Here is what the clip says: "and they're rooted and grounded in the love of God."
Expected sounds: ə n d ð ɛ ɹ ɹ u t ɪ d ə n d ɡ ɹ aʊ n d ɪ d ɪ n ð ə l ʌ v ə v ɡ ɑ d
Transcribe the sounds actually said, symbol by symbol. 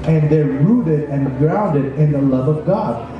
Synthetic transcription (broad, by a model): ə n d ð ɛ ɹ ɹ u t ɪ d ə n ɡ ɹ aʊ n d ɪ d ɪ n ð ə l ʌ v ə v ɡ ɑ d